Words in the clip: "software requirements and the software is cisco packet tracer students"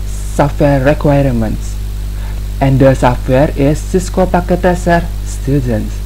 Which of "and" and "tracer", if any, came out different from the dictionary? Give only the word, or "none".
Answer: tracer